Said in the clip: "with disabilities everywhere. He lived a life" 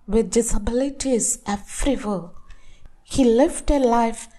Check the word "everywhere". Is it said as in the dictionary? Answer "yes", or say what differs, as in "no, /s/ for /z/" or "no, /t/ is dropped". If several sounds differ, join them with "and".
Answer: no, /f/ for /v/ and /l/ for /ɹ/